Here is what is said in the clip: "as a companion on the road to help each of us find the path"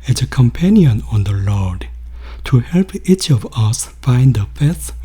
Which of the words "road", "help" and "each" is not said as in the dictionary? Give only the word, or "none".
road